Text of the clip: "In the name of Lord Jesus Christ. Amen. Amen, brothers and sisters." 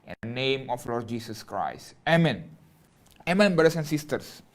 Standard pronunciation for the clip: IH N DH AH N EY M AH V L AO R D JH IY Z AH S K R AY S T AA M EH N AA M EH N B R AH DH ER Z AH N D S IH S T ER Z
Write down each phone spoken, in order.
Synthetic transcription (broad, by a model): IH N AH N EY M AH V L AO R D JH IY S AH S K R AY S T AA M EH N AA M EH N B R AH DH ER S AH N S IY S T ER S